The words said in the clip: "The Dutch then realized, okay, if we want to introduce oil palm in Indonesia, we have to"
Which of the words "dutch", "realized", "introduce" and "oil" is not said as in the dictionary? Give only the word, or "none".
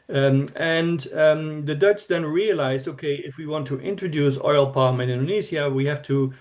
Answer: realized